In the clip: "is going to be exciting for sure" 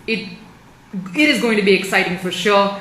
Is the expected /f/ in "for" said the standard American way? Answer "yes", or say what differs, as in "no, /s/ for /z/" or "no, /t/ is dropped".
yes